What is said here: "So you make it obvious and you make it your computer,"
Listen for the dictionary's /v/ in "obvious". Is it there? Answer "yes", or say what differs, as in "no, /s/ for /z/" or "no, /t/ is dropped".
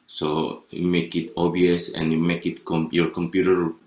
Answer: no, /v/ is dropped